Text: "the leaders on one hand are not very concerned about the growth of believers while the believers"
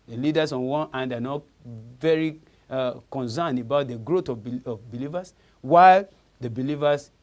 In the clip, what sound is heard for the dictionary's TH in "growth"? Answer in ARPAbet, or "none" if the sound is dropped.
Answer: T